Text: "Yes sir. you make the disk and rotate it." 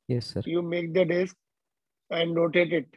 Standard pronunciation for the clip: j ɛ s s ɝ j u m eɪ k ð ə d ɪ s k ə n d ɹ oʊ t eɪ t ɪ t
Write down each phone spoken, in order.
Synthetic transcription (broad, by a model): j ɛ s s ɝ j u m eɪ k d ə d ɪ s k ə n d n oʊ t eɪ t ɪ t